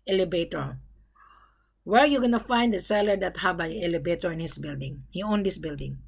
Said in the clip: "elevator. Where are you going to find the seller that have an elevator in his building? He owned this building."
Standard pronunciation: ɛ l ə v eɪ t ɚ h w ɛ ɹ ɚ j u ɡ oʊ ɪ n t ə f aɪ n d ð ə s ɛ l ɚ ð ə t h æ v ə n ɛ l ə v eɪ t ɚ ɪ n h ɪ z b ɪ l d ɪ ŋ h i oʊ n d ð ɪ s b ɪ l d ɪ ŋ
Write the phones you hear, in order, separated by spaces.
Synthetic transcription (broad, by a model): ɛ l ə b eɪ t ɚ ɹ w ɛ ɹ j u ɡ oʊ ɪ n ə f aɪ n d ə s ɛ l ɚ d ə t h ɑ b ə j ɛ l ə b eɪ t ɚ ɪ n h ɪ s b ɪ l d ɪ ŋ h i oʊ n d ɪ s b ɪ l d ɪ ŋ